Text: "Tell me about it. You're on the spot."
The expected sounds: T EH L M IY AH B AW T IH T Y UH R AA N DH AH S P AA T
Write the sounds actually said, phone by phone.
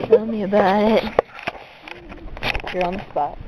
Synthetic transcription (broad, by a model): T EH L M IY AH B AW T IH T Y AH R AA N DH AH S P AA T